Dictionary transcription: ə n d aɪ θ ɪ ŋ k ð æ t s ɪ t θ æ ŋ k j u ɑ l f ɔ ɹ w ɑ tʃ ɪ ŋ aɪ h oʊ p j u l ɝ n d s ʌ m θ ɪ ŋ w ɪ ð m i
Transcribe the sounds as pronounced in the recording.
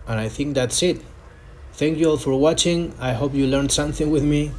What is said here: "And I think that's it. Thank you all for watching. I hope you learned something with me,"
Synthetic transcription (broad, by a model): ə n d aɪ θ ɪ ŋ k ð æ t s ɪ t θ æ ŋ k j u ɑ l f ɔ ɹ w ɑ tʃ ɪ ŋ aɪ h oʊ p j u l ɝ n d s ʌ m θ ɪ ŋ w ɪ ð m i